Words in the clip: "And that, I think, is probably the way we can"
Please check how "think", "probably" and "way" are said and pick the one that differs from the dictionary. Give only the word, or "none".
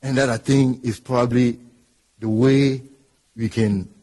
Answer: think